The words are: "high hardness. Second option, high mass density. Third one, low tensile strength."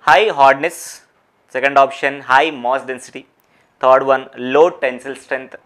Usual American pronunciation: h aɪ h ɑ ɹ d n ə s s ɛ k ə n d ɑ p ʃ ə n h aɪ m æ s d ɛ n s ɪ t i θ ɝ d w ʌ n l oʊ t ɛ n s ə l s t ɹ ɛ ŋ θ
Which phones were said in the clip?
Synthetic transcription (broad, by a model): h aɪ h ɑ ɹ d n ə s s ɛ k ə n d ɑ p ʃ ə n h aɪ m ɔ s d ɛ n s ɪ t i t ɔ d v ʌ n l oʊ t ɛ n s ə l s t ɹ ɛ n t